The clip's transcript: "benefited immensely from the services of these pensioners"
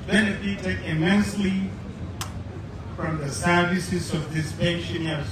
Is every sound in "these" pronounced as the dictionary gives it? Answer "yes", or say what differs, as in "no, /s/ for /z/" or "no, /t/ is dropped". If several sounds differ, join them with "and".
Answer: no, /s/ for /z/